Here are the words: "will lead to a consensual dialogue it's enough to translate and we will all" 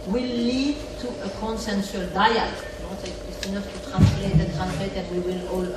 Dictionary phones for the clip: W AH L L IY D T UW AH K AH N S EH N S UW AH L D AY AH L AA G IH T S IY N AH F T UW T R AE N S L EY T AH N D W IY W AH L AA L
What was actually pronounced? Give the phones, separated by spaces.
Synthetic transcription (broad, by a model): W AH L L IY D T UW AH K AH N S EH N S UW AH L D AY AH N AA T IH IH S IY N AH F T UW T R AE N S L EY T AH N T W IY W AH L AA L